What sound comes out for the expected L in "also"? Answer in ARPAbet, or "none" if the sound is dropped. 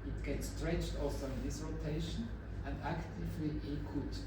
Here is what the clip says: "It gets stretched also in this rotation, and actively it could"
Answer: none